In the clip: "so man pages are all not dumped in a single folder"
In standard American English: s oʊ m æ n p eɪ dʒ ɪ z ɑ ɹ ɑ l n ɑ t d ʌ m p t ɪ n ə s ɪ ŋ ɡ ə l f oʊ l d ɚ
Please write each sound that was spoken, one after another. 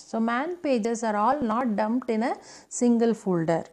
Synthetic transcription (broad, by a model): s oʊ m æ n p eɪ dʒ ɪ s ɑ ɹ ɑ l n ɑ t d ʌ m p t ɪ n ə s ɪ ŋ ɡ ə l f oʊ l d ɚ